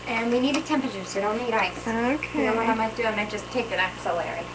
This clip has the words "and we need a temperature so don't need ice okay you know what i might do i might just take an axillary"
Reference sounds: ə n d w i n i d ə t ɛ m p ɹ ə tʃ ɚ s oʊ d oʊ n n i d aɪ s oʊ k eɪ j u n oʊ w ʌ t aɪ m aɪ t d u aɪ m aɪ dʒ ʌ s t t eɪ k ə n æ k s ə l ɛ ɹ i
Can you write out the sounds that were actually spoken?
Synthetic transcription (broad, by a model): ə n w i n i d ə t ɛ m p ɹ ə tʃ ɚ s oʊ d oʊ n n i d aɪ s oʊ k eɪ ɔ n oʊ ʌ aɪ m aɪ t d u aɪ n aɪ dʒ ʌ s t t eɪ k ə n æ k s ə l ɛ ɹ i